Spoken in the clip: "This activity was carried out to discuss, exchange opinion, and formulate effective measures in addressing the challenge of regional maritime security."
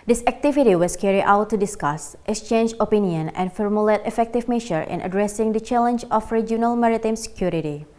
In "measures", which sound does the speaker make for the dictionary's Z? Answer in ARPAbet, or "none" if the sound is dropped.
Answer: none